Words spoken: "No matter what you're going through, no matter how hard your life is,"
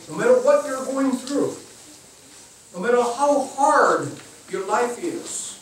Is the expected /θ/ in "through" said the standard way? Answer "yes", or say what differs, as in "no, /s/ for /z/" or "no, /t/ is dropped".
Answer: yes